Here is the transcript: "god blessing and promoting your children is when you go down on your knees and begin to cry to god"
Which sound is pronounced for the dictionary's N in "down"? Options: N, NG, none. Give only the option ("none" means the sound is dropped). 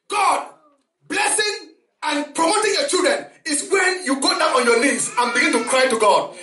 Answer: none